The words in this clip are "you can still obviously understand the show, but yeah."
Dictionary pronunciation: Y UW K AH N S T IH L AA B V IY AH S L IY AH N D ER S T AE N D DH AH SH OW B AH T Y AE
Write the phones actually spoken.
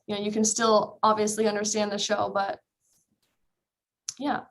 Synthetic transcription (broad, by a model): Y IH K AH N S T IH L AA B V IY AH S L IY AH N D ER S T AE N DH AH SH OW B AH T Y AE